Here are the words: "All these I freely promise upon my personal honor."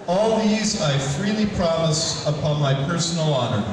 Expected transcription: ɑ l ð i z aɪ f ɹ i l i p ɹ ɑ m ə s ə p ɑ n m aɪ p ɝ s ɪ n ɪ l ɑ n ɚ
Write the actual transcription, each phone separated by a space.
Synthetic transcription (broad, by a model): ɑ l ð i z aɪ f ɹ i l i p ɹ ɑ m ə s ə p ɑ n m aɪ p ɝ s n l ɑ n ɚ